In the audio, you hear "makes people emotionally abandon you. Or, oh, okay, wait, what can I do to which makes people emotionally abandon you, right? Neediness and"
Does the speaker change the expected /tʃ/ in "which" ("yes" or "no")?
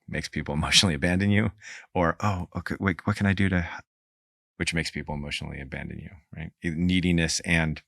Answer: no